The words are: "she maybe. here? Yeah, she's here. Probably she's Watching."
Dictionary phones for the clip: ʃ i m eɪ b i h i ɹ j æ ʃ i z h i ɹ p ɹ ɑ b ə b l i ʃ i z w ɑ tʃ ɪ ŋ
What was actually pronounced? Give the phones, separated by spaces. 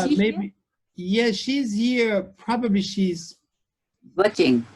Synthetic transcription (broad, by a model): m eɪ i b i j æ ʃ i z h i ɹ p ɹ ɑ b ə b l i ʃ i z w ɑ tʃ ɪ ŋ